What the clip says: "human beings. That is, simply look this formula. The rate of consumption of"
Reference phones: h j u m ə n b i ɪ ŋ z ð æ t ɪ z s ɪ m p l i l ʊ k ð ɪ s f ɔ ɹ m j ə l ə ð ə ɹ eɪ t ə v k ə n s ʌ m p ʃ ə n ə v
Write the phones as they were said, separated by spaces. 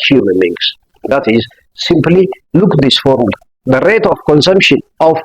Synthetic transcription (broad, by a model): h j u m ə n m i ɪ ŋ s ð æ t ɪ z s ɪ m p l i l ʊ k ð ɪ s f ɔ ɹ m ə l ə ð ə ɹ eɪ t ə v k ə n s ʌ m p ʃ ə n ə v